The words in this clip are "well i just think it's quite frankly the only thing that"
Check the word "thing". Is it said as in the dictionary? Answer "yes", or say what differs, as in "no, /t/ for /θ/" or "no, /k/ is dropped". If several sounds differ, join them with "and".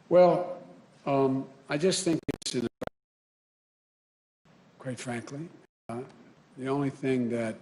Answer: yes